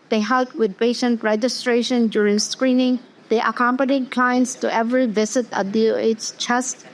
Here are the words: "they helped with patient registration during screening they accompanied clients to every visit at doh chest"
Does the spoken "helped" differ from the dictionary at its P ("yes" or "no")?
yes